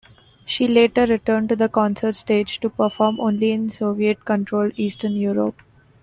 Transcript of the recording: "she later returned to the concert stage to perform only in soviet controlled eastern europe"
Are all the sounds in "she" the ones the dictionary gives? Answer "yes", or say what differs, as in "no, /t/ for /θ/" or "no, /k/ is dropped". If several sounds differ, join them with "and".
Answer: yes